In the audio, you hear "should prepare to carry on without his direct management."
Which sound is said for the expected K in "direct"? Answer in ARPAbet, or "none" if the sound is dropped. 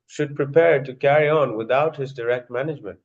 K